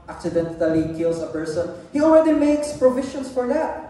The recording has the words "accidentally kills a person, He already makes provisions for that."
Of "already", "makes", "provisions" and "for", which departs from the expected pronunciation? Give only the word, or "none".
provisions